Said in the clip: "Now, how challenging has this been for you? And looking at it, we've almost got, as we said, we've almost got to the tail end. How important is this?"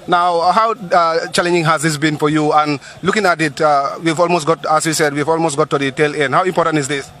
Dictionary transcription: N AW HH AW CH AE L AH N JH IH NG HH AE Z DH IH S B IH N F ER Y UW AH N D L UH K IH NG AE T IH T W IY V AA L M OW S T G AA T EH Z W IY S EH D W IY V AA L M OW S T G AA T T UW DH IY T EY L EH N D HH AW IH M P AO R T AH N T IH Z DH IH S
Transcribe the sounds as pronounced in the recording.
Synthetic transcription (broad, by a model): N AW HH AW CH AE L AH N JH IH NG HH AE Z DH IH S B IH N F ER Y UW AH N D L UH K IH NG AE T IH T W IY V AA L M OW S T G AA T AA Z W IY S EH D W IY V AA L M OW S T G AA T T UW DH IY T EY L EH N D HH AW IH M P AO R T AH N T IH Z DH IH S